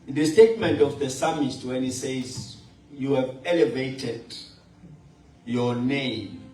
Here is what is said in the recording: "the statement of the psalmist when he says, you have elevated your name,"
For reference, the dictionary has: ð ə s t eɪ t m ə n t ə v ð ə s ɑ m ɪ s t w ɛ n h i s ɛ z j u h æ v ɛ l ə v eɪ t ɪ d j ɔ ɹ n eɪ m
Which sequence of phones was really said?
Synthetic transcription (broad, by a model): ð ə s t eɪ t m ə n t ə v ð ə s ɑ m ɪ t w ɛ n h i s ɛ z j u h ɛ v ɛ l ə v eɪ t ɪ d j ɔ n eɪ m